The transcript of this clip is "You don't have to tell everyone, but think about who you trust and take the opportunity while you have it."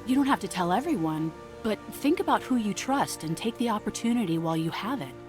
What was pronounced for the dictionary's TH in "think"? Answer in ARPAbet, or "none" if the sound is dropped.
TH